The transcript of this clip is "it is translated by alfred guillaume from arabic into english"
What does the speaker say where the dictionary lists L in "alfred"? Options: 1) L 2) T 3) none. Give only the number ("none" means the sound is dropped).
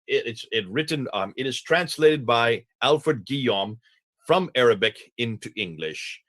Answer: 1